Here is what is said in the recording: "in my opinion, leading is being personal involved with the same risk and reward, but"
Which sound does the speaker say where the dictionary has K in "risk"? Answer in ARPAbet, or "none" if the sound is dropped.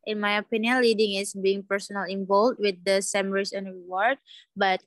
none